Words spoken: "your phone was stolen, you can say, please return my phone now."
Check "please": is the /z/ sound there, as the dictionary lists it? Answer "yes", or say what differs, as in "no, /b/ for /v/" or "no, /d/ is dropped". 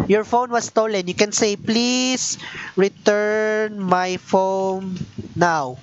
no, /s/ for /z/